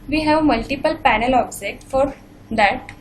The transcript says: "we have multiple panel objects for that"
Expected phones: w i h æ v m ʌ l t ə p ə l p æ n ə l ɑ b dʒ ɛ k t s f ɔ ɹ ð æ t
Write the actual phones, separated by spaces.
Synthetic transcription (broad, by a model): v i h æ v m ʌ l t ə p ə l p æ n ə l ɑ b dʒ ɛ k t f ɔ ɹ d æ t